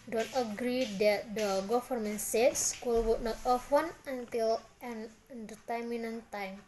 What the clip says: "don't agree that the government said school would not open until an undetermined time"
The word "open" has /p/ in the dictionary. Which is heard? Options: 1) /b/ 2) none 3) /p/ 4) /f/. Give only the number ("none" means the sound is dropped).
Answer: 4